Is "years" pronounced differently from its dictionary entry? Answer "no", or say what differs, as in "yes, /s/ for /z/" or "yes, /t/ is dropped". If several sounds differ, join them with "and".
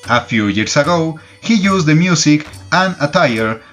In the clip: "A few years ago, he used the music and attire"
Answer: yes, /s/ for /z/